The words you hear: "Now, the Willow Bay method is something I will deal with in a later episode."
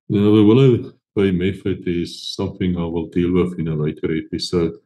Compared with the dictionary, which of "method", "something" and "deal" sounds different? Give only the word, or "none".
method